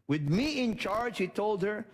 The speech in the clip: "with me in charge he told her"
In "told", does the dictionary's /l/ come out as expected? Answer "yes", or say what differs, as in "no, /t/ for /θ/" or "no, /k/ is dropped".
yes